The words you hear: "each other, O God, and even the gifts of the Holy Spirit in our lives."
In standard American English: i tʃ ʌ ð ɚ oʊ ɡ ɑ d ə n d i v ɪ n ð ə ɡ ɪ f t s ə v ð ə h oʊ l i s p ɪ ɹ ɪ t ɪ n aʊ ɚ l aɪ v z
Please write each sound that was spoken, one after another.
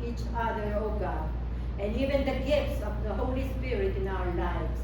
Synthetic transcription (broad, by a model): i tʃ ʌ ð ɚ oʊ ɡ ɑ ə n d i v ɪ n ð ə ɡ ɪ f t s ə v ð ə h oʊ l i s p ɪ ɹ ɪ t ɪ n aʊ ɚ l aɪ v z